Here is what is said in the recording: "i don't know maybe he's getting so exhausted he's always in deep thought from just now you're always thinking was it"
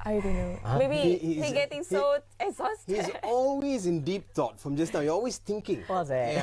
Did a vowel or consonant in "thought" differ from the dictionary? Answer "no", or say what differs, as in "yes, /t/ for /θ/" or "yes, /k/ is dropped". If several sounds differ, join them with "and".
yes, /t/ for /θ/